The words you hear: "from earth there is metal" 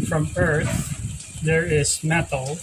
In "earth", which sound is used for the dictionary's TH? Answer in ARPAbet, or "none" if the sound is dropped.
TH